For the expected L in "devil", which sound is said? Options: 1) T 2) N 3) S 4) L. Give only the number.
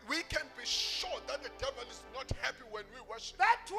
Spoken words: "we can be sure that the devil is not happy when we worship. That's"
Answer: 4